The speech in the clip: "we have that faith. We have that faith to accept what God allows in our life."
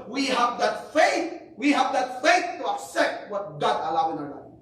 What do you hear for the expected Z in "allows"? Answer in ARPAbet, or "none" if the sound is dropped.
none